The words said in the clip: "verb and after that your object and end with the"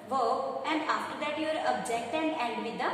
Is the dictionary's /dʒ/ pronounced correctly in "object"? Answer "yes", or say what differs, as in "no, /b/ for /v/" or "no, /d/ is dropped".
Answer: yes